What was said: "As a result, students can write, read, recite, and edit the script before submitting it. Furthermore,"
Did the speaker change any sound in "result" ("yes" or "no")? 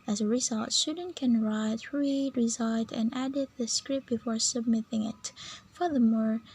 no